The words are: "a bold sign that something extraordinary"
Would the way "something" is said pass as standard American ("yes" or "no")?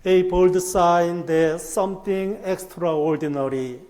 no